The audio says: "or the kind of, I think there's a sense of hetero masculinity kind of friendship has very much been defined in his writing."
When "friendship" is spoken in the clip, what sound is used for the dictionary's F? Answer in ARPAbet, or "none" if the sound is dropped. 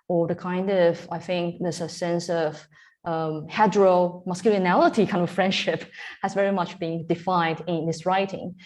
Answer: F